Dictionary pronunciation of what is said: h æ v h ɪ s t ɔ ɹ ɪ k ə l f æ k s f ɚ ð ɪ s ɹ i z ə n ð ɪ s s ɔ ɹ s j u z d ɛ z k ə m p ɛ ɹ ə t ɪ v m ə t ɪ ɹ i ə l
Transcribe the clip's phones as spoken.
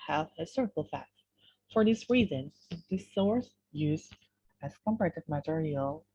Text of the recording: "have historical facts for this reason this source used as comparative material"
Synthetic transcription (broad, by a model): h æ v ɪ s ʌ ɹ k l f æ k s f ɚ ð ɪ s ɹ i z ə n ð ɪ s s ɔ ɹ s j u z ɛ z k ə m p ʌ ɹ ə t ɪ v m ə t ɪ ɹ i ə l